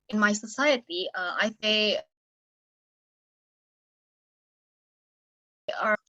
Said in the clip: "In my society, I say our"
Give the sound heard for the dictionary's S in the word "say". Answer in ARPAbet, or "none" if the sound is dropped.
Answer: TH